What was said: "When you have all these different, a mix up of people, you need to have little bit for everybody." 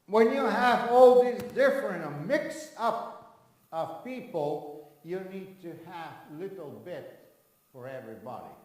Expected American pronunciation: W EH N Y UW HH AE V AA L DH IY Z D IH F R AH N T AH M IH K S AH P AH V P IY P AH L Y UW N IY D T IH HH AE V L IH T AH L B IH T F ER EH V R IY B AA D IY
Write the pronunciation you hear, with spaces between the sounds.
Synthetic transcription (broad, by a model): W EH N Y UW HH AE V AA L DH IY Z D IH F R AH N T AH M IH K S AH P AH V P IY P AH L Y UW N IY D T IH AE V L IH T L B IH T F ER EH V R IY B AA D IY